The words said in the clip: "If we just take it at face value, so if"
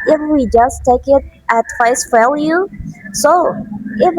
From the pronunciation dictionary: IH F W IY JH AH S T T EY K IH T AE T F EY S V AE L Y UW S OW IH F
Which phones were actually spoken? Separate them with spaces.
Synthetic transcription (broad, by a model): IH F W IY JH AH S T T EY K IH T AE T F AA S F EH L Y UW S OW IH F